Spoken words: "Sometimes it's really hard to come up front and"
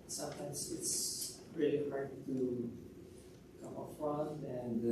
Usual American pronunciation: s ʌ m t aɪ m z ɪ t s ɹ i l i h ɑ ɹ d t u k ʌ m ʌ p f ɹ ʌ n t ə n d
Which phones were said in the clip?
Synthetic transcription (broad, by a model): s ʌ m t aɪ m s ɪ t s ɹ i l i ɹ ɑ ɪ t u k ʌ m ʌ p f ɹ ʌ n ə n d